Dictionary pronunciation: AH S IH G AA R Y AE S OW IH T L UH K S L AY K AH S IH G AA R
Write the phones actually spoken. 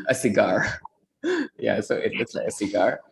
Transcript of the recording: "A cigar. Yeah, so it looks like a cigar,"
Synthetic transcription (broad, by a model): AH S IH G AA R Y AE S OW IH T W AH S L AY K AH S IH G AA R